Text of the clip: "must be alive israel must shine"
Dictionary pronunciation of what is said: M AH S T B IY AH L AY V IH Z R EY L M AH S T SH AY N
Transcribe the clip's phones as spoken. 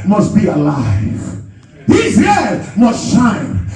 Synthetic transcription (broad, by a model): M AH S T B IY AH L AY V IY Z EY M AH S T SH AY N